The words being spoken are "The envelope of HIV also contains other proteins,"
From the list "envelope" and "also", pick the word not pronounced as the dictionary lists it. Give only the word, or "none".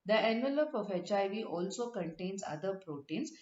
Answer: none